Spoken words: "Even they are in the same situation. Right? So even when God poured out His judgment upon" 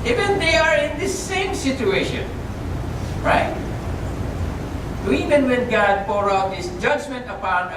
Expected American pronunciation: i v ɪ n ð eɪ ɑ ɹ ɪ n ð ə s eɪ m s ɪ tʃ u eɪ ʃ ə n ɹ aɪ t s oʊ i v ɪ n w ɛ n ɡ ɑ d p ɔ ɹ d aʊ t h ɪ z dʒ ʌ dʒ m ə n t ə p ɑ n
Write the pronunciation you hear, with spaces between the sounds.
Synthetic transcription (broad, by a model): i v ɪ n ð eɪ ɑ ɹ ɪ n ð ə s eɪ m s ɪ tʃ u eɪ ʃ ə n ɹ aɪ t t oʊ i v ɪ n w ɛ n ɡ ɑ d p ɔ ɹ aʊ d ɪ s dʒ ʌ dʒ m ə n t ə p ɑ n